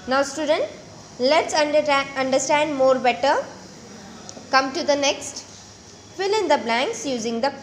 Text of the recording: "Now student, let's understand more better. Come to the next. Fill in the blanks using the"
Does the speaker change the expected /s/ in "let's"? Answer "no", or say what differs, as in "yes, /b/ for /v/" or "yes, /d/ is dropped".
no